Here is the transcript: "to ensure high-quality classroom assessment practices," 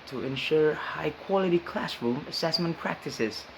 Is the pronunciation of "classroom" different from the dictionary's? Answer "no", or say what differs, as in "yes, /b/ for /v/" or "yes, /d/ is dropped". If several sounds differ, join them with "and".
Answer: no